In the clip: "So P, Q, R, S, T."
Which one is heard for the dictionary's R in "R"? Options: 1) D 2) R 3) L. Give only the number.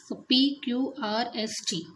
2